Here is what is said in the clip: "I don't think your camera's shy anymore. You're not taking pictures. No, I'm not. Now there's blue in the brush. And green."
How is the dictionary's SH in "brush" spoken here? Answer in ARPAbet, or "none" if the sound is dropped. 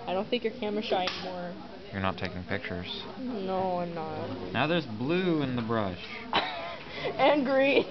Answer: SH